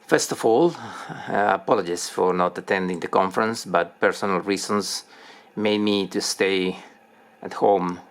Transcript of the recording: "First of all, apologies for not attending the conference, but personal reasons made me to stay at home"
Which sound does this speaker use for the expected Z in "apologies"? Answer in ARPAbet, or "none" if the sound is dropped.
S